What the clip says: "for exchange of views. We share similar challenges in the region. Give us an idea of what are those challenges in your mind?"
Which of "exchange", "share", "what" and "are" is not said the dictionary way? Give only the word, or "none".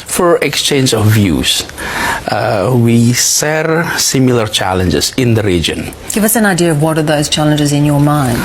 share